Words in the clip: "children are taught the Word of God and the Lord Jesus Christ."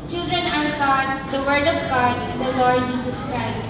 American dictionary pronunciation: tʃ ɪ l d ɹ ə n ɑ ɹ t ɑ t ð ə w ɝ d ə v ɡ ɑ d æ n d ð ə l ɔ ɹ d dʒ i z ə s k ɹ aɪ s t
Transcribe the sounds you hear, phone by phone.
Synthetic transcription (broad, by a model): tʃ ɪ l d ɹ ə n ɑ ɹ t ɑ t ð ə w ɝ d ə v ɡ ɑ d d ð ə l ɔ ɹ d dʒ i s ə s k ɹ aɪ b